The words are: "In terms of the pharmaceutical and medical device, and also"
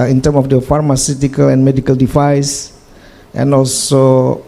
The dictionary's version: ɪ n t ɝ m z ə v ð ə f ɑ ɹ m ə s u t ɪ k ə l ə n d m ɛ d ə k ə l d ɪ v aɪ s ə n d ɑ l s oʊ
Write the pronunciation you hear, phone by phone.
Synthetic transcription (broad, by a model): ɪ n t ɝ m ə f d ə f ɑ ɹ m ə s u t ɪ k ə l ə n m ɛ d ə k ə l d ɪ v aɪ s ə n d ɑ l s oʊ